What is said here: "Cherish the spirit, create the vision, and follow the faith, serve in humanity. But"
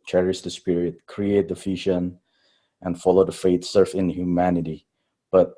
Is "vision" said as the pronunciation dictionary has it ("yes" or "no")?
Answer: no